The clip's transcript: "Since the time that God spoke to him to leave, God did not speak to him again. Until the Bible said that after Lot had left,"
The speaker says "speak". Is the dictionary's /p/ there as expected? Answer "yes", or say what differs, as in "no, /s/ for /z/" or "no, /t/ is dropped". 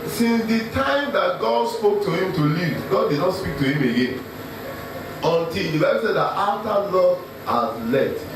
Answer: yes